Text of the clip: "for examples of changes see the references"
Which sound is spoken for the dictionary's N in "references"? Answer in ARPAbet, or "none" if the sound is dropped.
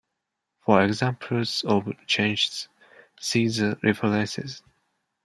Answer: L